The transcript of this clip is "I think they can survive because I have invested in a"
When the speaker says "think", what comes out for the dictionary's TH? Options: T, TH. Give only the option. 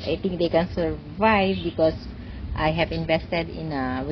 T